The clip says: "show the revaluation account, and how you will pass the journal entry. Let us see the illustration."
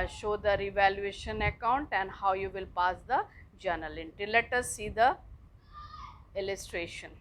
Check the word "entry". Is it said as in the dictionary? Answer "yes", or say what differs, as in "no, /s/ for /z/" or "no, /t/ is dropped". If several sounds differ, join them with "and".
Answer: no, /ɹ/ is dropped